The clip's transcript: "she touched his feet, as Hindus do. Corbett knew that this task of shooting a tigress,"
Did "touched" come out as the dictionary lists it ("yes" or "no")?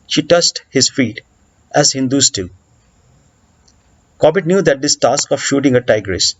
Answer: no